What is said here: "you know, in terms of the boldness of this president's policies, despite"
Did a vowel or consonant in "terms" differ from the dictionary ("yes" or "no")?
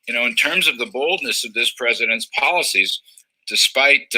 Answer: no